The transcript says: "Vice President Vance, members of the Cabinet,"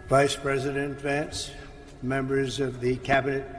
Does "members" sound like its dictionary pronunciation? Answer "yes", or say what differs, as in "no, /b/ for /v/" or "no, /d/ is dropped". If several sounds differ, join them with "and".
yes